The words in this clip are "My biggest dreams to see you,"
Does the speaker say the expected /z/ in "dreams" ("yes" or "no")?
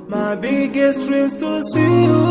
no